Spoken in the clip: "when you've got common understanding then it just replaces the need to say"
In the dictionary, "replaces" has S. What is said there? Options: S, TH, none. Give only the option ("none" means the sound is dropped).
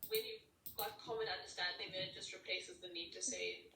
S